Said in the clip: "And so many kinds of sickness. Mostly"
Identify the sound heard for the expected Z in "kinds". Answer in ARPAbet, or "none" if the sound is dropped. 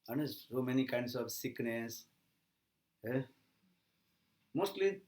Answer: S